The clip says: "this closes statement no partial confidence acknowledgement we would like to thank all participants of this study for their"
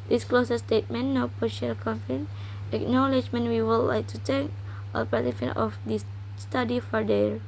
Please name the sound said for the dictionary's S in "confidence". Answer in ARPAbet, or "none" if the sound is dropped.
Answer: none